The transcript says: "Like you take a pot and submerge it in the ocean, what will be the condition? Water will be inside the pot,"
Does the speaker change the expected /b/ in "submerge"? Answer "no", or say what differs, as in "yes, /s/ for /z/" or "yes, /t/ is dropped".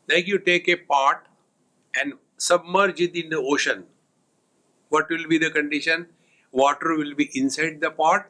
no